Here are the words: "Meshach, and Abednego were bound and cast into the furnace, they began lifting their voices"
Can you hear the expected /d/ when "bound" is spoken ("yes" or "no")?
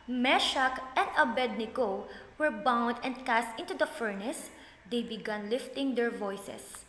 yes